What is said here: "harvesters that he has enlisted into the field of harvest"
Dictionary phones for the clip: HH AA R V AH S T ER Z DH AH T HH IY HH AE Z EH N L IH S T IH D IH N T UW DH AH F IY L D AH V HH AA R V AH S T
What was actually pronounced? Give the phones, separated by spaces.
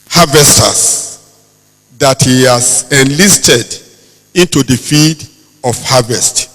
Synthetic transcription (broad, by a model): HH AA V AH S T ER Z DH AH T HH IY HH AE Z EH N L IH S T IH D IH N T UW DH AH F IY D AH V HH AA V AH S T